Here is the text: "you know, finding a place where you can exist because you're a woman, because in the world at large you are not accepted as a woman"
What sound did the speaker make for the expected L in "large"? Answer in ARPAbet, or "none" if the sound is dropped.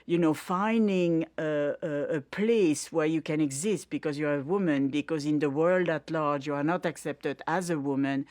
L